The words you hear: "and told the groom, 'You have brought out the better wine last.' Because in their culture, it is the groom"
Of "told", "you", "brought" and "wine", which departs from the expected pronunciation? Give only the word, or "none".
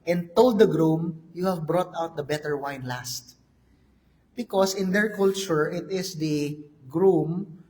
none